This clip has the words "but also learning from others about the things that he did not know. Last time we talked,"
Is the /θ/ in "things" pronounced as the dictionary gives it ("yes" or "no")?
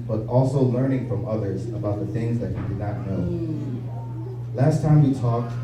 yes